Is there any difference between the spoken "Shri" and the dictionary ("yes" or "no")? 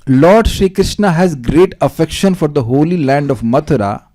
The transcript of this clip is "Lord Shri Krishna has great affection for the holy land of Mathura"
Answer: no